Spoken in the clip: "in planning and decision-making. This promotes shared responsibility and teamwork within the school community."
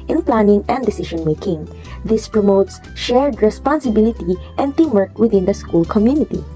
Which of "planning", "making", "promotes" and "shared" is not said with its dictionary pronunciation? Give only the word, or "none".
none